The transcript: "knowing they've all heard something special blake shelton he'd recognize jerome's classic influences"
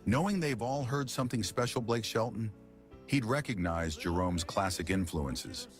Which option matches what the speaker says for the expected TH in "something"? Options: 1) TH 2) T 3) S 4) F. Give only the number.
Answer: 1